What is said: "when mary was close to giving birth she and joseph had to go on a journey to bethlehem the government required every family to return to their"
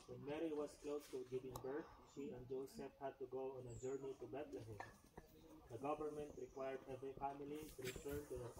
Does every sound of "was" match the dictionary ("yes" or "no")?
no